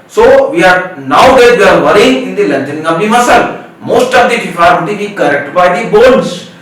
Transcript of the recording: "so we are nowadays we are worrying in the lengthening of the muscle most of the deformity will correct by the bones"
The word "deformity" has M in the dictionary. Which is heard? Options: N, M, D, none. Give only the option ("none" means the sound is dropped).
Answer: none